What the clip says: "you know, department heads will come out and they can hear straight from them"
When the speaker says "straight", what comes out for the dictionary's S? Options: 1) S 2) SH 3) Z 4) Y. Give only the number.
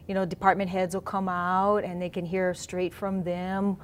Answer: 1